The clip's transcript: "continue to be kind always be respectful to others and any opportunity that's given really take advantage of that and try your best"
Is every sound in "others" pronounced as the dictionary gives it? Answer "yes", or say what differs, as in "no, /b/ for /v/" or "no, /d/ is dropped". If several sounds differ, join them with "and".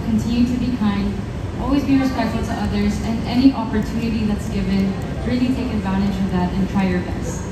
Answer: yes